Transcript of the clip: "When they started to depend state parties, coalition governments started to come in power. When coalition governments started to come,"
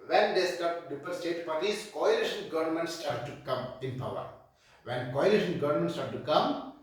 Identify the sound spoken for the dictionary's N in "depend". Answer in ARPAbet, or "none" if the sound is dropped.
none